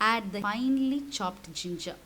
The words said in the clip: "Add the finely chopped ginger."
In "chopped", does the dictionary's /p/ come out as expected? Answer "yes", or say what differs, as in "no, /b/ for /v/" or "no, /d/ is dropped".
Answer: yes